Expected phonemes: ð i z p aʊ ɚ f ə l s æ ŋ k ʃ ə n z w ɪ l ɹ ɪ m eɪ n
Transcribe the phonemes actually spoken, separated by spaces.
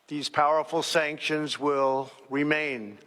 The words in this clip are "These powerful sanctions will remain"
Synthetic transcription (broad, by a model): ð i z p aʊ ɚ f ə l s æ ŋ k ʃ ə n z w ɪ l ɹ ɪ m eɪ n